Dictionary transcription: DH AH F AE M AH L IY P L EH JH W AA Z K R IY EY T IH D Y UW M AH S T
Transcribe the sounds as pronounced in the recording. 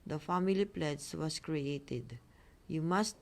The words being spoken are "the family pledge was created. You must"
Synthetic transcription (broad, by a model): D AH F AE M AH L IY P L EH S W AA S K R IY EY T IH D Y UW M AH S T